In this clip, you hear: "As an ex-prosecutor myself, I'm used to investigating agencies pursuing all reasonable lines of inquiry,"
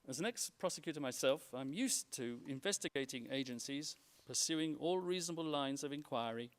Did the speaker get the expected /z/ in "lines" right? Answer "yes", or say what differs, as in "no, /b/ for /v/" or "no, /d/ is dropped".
yes